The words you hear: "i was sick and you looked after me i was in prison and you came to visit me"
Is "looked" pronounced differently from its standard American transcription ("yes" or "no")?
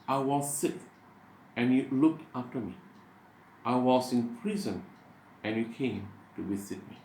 no